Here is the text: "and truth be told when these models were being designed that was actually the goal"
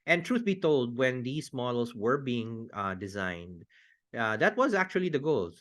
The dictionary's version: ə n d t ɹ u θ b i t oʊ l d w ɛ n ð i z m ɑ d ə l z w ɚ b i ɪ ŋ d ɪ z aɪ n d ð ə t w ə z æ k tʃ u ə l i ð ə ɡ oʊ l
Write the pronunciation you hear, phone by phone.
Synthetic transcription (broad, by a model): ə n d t ɹ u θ b i t oʊ l d w ɛ n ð i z m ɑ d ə l s w ɚ b i ɪ ŋ d ɪ z aɪ n d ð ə t w ə z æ k tʃ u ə l i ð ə ɡ oʊ l